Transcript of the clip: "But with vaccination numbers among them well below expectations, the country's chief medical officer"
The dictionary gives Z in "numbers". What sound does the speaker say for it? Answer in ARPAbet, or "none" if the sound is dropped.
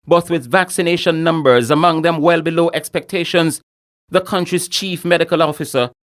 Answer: Z